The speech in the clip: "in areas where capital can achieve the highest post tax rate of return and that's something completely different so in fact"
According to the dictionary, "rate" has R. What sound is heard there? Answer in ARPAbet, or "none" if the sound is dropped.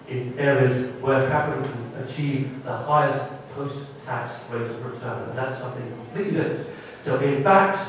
W